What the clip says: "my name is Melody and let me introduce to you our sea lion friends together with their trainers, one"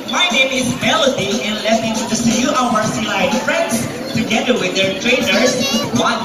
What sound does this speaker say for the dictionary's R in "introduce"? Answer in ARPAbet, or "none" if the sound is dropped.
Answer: none